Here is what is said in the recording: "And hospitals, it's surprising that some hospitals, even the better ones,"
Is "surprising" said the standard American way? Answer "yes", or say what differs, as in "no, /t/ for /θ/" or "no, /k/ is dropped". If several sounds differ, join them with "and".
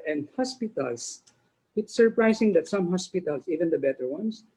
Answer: no, /s/ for /z/